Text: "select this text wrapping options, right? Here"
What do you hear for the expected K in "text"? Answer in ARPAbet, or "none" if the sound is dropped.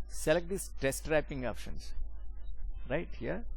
none